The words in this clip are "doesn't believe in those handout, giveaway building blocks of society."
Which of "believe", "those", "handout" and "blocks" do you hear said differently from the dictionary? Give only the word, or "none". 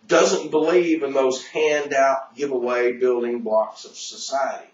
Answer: blocks